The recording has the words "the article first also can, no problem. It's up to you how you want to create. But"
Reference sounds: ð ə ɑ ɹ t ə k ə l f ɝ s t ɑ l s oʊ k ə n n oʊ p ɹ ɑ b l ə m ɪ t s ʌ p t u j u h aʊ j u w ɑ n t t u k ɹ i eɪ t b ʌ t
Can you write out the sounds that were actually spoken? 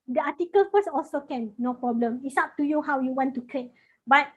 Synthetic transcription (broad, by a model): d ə ɑ t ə k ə l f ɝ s ɑ l s oʊ k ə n n oʊ p ɹ ɑ b l ə m ɪ t s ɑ p t u j u h aʊ j u w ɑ n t t u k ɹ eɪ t b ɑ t